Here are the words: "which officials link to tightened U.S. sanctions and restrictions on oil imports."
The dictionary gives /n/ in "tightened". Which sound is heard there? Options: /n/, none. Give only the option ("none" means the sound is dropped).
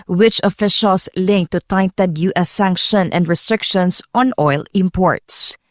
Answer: none